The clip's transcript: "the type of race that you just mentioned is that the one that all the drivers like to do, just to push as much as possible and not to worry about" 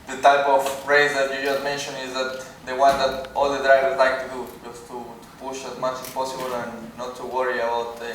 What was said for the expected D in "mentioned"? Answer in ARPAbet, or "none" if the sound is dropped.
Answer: none